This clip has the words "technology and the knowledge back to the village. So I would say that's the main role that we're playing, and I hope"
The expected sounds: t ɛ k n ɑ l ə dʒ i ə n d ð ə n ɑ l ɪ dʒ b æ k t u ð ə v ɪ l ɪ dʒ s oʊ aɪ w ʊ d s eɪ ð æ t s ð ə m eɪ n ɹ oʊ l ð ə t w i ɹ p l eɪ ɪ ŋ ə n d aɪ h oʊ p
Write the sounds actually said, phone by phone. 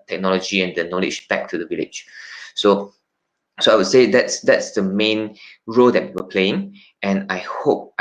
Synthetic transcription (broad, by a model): t ɛ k n ɑ l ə dʒ i ə n d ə n ɑ l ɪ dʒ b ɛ k t u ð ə v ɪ l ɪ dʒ s oʊ aɪ w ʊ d s eɪ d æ t s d ə m eɪ n ɹ oʊ l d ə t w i w p l eɪ ɪ ŋ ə n aɪ h oʊ p